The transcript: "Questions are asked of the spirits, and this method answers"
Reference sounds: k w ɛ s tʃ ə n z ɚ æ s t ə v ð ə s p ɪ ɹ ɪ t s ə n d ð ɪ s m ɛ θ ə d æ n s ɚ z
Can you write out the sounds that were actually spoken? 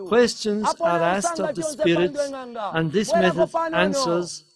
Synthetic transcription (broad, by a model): k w ɛ s tʃ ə n z ɚ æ s t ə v ð ə s p ɪ ɹ ɪ t s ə n ð ɪ s m ɛ θ ə d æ n s ɚ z